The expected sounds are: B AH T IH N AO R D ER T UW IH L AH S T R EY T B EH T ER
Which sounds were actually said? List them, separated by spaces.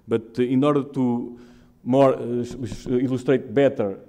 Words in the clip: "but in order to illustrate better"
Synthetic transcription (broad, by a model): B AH T IH N AO R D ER T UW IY L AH SH T R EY T B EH T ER